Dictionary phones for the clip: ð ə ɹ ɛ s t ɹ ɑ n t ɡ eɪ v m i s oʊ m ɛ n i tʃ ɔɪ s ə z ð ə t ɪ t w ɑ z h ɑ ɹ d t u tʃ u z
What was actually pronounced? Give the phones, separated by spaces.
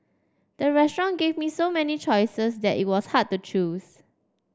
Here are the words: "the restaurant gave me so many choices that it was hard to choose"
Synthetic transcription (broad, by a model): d ə ɹ ɛ s t ɹ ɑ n ɡ eɪ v m i s oʊ m ɛ n i tʃ ɔɪ s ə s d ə t ɪ t w ɑ s h ɑ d t u tʃ u s